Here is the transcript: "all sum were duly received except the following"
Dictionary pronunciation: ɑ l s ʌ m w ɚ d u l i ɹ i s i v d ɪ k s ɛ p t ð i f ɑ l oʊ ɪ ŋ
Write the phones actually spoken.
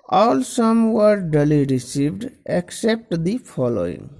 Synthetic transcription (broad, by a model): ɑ l s ʌ m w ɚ d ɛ l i ɹ i s i v d ɪ k s ɛ p t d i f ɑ l oʊ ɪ ŋ